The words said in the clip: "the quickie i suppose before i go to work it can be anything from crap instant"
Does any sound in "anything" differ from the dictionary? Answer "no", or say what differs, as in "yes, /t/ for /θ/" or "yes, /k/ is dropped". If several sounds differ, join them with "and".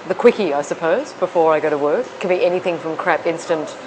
no